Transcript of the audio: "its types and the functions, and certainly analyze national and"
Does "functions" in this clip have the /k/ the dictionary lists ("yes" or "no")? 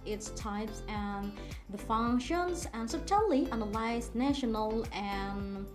yes